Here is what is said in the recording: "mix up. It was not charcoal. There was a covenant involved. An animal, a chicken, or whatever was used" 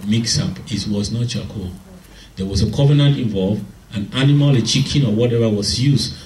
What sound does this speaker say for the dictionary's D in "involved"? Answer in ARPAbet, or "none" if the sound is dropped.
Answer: none